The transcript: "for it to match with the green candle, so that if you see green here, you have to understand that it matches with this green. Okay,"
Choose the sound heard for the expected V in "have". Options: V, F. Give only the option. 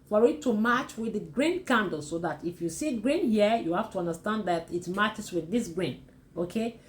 F